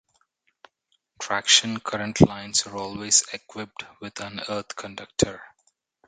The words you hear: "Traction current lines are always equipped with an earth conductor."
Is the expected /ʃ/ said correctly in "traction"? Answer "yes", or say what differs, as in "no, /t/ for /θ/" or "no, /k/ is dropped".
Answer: yes